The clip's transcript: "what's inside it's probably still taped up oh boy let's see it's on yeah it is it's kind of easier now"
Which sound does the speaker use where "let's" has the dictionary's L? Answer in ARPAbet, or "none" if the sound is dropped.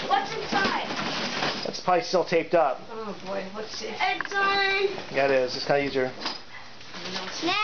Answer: W